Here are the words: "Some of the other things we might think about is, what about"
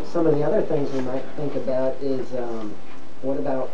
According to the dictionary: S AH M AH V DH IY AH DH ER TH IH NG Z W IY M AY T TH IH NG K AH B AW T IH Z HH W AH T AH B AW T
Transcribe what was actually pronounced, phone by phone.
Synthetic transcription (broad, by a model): S AH M AH V DH IY AH DH ER TH IH NG Z W IY M AY T TH IH NG K AH B AW T IH Z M W AH T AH B AW T